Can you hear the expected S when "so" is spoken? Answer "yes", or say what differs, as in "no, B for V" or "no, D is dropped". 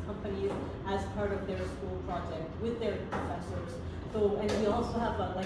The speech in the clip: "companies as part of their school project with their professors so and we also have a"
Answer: no, TH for S